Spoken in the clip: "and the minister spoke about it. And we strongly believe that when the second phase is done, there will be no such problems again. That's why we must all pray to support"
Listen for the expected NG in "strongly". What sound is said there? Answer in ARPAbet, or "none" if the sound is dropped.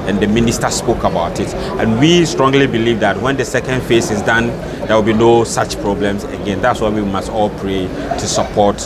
NG